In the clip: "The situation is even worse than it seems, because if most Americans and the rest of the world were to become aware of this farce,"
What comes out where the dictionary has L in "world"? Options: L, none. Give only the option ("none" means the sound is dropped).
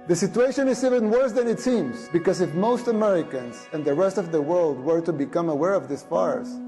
L